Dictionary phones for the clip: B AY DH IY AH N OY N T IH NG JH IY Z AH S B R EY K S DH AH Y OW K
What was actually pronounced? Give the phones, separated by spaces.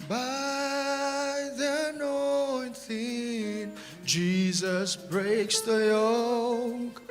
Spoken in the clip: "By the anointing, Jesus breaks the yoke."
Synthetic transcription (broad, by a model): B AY DH IY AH N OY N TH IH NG JH IY Z AH S B R EY K S DH AH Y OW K